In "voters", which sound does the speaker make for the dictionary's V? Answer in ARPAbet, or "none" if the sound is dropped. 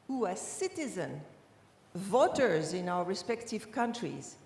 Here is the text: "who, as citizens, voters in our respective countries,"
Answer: V